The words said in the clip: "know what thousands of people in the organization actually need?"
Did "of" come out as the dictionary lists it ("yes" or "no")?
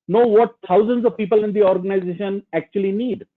yes